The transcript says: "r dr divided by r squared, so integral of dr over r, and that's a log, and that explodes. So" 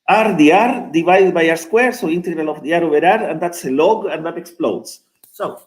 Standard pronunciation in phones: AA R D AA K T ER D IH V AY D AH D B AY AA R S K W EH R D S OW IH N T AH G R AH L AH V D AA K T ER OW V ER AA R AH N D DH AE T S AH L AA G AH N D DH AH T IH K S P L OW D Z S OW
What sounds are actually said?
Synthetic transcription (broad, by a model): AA R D AA T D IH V AY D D B AY AA R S K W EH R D S OW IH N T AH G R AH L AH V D AA T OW B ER AA R AH N D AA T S AH L AA G AH N D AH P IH K S P L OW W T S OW